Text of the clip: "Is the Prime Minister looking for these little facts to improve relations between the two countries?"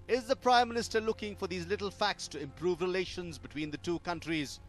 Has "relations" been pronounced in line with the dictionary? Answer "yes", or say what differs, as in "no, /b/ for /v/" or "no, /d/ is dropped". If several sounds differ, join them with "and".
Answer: yes